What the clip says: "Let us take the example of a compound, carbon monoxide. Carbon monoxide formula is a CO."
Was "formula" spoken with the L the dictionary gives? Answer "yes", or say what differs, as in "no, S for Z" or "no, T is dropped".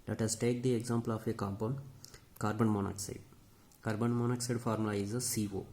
no, L is dropped